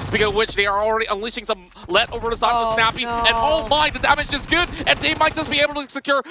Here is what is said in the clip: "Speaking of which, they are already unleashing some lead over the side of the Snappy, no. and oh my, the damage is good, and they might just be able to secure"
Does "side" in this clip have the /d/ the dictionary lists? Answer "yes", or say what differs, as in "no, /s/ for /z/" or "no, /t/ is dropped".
no, /d/ is dropped